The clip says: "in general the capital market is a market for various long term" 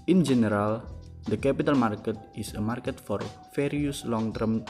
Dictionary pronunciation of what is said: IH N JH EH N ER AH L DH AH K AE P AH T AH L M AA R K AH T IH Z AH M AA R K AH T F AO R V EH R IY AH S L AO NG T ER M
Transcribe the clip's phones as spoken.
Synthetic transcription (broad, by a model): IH N JH EH N ER AH L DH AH K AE P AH T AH L M AA R K AH T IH S AH M AA R K AH T F AO R F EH R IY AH S L AO NG T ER M